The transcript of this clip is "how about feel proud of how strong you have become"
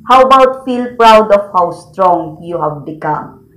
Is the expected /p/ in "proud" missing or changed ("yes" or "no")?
no